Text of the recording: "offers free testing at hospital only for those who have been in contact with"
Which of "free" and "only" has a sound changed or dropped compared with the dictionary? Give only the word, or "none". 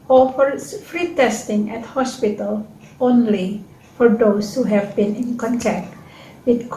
none